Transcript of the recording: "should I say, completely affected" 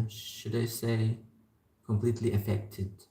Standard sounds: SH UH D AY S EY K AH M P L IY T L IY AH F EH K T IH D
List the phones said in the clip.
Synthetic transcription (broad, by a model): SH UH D AY S EY K AH M P L IY T L IY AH F EH K T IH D